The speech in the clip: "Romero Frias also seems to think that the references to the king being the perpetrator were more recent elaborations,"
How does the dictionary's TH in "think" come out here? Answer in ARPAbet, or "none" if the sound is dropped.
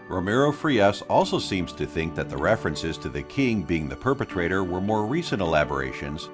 TH